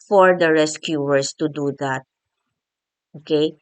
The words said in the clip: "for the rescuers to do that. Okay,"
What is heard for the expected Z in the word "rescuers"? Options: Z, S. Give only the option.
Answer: S